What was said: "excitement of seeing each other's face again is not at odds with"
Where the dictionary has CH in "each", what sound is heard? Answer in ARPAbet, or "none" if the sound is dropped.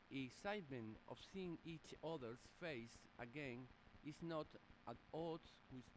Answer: CH